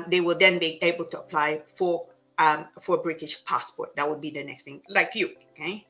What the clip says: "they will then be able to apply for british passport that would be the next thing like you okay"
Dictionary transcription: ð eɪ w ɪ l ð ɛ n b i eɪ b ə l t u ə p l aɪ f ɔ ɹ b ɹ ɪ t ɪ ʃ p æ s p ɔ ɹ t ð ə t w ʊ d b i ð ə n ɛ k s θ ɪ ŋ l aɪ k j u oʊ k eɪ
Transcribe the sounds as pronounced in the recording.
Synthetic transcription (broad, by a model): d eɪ w ɪ l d ɛ n b i eɪ b ə l t u ə p l aɪ f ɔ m b ɹ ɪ t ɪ ʃ p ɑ s p ɔ t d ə t w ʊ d b i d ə n ɛ k s t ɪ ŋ l aɪ k j u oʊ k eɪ